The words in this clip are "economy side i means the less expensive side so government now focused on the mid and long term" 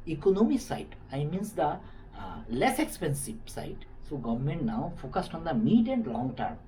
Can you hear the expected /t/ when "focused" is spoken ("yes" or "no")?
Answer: yes